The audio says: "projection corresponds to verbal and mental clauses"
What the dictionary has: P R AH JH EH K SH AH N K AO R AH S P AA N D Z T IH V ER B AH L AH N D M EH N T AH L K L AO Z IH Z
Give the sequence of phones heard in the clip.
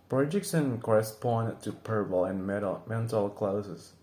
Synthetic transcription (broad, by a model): P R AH JH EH K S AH N K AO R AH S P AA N T IH P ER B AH L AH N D M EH N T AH L K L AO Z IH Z